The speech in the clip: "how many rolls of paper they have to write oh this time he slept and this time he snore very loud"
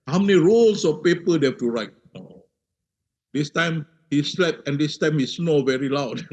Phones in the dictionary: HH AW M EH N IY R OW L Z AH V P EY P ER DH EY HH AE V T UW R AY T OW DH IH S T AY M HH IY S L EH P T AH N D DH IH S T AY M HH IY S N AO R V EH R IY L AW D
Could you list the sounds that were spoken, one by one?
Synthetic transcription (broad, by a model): HH AW M EH N IY R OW L S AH F P EY P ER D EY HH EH F T UW R AY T OW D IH S T AY M HH IY S L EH P AH N D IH S T AY M HH IY S N AO V EH R IY L AW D